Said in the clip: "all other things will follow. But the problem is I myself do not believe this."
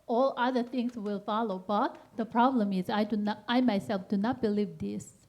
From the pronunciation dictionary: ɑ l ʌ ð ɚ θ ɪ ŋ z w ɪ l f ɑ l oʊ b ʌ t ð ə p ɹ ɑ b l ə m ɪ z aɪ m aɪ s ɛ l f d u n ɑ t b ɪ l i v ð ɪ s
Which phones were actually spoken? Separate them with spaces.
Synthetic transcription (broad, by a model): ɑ l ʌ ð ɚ t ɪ ŋ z w ɪ l f ɑ l oʊ b ʌ t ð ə p ɹ ɑ b l ə m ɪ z aɪ m aɪ s ɛ l f d u n ɑ t b ɪ l i v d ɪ s